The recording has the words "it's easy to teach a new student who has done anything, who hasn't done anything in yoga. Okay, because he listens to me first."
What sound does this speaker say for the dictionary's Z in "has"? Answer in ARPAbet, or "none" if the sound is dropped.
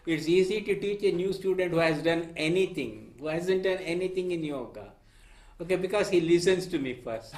Z